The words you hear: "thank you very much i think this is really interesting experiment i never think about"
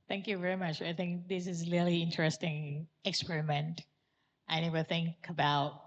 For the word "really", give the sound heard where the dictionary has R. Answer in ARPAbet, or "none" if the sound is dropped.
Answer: L